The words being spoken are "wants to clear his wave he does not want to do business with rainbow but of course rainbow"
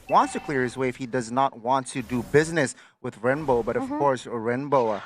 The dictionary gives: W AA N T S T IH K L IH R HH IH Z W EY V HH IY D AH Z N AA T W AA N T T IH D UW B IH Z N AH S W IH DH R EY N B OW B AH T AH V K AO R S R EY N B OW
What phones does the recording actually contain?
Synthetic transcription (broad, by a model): W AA N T S T IH K L IH R HH IH Z W EY F HH IY D AH Z N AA T W AA N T T IH D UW B IH Z N AH S W IH DH R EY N B OW B AH T AH V K AO R S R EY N B OW